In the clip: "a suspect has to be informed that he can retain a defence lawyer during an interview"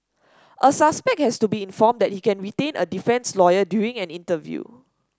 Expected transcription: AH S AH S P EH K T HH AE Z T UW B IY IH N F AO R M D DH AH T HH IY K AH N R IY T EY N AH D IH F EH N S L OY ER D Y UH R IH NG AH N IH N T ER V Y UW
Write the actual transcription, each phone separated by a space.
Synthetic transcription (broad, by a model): AH S AH S P EH K T HH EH S T UW B IY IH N F AO M D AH T HH IY K AH N R IY T EY N AH D IH F EH N S L OY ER D Y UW IH NG AH N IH N T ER V Y UW